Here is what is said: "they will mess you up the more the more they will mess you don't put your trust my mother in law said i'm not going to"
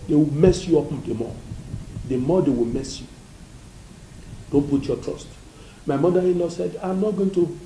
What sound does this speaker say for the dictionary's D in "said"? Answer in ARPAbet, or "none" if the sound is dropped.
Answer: D